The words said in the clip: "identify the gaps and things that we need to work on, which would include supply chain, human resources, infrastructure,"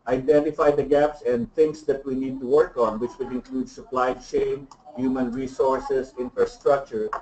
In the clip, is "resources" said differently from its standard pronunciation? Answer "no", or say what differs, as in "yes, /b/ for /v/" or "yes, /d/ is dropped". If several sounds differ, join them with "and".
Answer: yes, /s/ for /z/